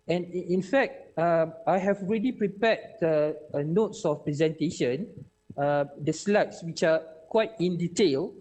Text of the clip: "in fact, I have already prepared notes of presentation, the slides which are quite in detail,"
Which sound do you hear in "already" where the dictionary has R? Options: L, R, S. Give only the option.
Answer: R